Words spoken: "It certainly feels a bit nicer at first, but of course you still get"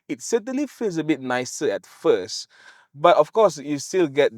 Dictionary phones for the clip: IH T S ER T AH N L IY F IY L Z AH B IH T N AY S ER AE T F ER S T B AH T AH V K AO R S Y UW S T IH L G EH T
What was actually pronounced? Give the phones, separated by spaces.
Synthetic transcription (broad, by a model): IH T S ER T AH N L IY F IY L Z AH B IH T N AY S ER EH T F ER S T B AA T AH F K AO S Y UW S T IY L G EH T